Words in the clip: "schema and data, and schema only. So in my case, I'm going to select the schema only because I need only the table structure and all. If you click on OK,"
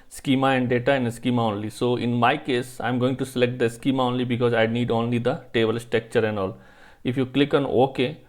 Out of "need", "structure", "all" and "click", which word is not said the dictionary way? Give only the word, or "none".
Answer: structure